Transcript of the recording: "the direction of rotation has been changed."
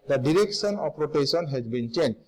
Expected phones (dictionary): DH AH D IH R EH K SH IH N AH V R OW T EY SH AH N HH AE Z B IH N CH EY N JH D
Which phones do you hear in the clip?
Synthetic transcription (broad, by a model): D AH D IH R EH K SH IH N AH P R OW T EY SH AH N HH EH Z B IH N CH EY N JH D